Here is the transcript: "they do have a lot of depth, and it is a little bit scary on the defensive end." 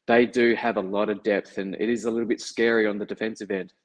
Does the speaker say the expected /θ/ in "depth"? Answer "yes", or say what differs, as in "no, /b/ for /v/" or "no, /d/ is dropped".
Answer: yes